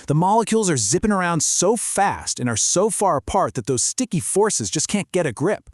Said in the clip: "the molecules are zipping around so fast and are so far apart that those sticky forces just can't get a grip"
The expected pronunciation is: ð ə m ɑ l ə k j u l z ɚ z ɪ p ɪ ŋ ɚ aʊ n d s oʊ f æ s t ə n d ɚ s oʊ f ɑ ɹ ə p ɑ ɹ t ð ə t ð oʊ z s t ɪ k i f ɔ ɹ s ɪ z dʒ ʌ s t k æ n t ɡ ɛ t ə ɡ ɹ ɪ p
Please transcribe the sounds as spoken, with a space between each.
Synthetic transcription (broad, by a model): ð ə m ɑ l ə k j u l z ɚ z ɪ p ɪ ŋ ɚ aʊ n d s oʊ f æ s t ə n ɚ s oʊ f ɑ ɹ ə p ɑ ɹ t ð ə t ð oʊ z s t ɪ k i f ɔ ɹ s ɪ z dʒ ʌ s k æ n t ɡ ɛ t ə ɡ ɹ ɪ p